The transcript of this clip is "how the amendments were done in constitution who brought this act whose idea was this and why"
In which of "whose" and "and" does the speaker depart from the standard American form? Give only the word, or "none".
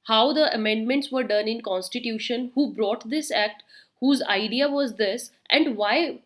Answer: none